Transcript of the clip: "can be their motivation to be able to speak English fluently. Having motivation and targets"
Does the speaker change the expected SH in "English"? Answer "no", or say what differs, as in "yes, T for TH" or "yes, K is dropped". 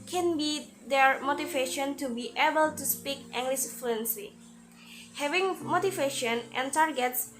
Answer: yes, S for SH